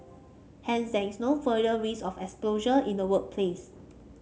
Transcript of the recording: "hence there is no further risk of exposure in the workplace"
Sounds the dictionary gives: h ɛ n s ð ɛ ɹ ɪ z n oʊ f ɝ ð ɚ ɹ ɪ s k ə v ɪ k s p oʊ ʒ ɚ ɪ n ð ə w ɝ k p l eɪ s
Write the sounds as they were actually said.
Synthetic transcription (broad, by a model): h ɛ n s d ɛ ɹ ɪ s n oʊ f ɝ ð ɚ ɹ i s ə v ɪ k s p oʊ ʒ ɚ ɪ n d ə w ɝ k p l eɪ s